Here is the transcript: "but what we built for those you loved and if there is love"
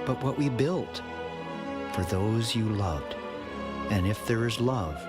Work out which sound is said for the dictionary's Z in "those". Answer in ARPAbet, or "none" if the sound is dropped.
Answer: Z